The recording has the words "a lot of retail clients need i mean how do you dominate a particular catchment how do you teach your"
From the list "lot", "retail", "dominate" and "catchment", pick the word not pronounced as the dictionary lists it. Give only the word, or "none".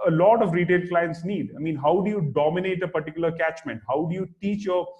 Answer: none